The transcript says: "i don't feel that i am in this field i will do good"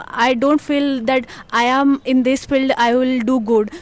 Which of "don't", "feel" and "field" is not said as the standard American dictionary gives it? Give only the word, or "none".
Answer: none